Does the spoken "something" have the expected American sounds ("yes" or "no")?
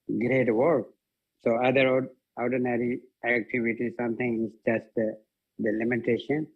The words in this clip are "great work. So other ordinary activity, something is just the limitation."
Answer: no